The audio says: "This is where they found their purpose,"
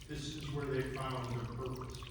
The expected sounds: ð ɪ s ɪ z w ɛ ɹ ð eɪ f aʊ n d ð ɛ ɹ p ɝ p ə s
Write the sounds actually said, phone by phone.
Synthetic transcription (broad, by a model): ð ɪ s ɪ z w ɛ ɹ ð eɪ f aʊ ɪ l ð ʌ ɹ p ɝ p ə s